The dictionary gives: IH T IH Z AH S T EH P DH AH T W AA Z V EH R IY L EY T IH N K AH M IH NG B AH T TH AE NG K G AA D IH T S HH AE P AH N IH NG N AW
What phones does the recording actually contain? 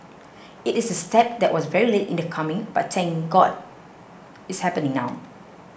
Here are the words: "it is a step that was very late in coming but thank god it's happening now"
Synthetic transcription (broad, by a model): IH T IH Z AH S T EH P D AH T W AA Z V EH R IY L EY T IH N K AH M IH NG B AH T S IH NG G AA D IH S HH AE P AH N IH NG N AW